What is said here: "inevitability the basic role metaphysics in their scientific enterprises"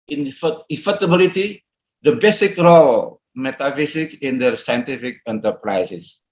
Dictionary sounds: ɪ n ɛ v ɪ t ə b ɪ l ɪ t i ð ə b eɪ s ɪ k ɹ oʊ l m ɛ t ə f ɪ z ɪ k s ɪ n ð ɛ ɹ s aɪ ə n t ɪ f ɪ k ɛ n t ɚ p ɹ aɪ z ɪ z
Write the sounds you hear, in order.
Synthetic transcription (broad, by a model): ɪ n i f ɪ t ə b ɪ l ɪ t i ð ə b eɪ s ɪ k ɹ oʊ l m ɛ t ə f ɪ s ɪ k ɪ n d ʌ s aɪ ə n t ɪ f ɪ k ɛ n t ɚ p ɹ aɪ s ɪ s